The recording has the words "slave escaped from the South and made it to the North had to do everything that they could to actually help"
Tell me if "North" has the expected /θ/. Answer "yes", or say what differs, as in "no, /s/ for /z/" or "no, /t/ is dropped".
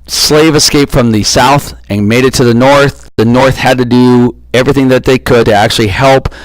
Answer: yes